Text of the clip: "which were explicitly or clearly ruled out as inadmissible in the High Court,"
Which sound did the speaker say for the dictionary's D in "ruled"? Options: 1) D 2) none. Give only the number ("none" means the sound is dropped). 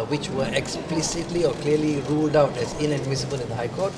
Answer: 1